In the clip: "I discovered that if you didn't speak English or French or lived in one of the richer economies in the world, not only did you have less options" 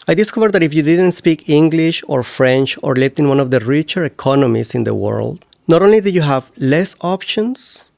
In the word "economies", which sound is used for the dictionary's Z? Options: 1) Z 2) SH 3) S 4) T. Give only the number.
3